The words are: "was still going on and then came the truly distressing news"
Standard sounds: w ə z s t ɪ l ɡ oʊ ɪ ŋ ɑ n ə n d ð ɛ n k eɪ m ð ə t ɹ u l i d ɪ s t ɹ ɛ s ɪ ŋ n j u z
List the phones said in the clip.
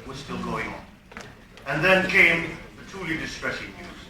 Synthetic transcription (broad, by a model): w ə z s t ɪ l ɡ oʊ ɪ ŋ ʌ n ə n ð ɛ n k eɪ m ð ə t u l i d ɪ s t ɹ ɛ s ɪ ŋ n j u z